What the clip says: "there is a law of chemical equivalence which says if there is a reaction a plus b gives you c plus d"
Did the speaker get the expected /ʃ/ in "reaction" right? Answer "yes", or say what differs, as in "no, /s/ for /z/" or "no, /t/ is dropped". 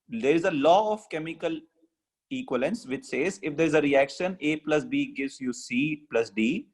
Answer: yes